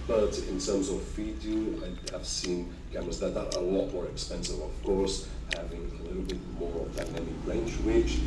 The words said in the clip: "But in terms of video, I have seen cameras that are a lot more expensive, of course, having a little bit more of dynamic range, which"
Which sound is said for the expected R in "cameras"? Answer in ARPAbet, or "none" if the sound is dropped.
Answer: none